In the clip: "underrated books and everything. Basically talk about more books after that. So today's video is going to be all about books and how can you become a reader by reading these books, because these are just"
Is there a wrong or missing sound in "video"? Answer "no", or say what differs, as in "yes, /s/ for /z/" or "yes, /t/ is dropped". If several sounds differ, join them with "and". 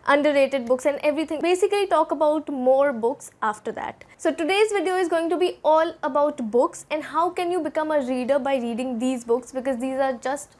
no